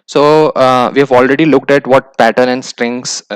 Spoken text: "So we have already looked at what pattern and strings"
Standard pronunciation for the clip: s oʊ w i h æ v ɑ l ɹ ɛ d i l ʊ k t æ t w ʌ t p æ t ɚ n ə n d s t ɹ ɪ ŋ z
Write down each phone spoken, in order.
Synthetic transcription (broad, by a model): s oʊ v i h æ v ɑ l ɹ ɛ d i l ʊ k t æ t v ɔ t p æ t ɚ n ə n d s t ɹ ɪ ŋ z